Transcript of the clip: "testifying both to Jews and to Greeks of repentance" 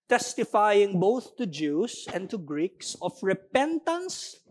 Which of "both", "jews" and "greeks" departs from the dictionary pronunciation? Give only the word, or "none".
jews